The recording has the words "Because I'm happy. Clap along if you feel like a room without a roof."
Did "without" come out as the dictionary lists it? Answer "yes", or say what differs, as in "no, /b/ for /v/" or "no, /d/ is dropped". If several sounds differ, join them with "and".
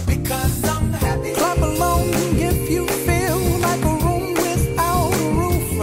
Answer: no, /t/ is dropped